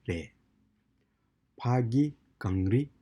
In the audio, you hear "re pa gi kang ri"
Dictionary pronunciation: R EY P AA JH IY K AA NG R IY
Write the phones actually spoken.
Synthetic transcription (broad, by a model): R EY P AA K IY K AA NG R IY